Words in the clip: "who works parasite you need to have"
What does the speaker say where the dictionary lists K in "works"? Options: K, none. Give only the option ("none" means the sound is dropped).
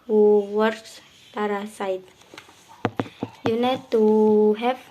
none